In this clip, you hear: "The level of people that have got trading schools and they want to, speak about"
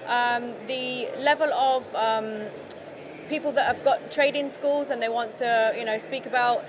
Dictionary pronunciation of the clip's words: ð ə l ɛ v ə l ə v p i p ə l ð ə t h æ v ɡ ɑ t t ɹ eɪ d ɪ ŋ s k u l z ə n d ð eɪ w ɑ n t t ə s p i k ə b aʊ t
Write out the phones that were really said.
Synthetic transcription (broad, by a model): ð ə l ɛ v ə l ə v p i p ə l ð ə t h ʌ v ɡ ɑ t t ɹ eɪ d ɪ ŋ s k u l z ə n ð eɪ w ɑ n t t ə s p i k ə b aʊ t